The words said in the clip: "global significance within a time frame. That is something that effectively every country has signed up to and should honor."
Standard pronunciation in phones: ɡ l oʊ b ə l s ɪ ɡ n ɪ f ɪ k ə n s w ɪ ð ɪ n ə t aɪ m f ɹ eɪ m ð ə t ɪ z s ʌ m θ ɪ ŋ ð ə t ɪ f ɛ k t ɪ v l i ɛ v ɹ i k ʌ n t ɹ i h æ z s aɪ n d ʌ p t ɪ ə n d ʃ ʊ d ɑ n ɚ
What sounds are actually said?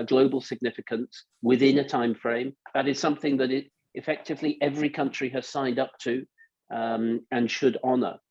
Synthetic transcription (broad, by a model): ɡ l oʊ b l s ɪ ɡ n ɪ f ɪ k ə n s w ɪ ð ɪ n ə t aɪ m f ɹ eɪ m ð ə t ɪ z s ʌ m θ ɪ ŋ ð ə t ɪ f ɛ k t ɪ v l i ɛ v ɹ i k ʌ n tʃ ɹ i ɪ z s aɪ n d ʌ p t ɪ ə n ʃ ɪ d ɑ n ɚ